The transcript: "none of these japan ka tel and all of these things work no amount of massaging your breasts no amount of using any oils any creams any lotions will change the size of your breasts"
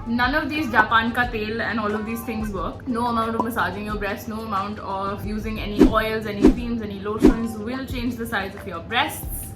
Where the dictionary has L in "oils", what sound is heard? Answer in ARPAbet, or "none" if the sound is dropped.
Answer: L